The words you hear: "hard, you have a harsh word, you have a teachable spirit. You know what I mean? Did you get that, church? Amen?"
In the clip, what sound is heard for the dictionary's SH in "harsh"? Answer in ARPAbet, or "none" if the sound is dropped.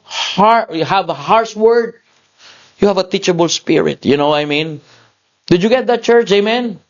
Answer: S